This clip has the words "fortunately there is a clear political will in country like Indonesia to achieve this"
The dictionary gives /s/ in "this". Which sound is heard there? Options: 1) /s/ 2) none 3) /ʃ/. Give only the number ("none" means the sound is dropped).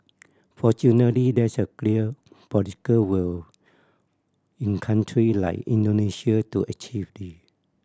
2